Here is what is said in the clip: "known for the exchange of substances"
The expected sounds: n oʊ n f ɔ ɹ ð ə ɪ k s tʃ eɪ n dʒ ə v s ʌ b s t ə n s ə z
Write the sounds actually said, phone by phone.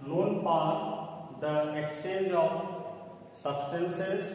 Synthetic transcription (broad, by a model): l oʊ n p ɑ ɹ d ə ɪ k s tʃ eɪ n dʒ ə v s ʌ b s t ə n s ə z